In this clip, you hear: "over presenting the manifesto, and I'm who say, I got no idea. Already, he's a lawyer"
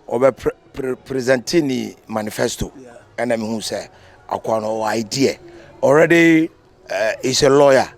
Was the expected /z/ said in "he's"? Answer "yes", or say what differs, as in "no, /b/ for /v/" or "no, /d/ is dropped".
no, /s/ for /z/